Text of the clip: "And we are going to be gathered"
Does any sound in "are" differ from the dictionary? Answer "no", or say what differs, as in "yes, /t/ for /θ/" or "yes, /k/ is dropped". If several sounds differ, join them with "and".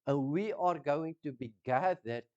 no